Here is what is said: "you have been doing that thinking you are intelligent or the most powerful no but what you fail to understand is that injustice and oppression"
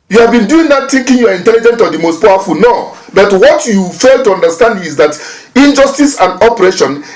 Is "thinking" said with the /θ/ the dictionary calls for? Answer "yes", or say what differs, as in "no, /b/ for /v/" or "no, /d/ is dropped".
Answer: no, /t/ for /θ/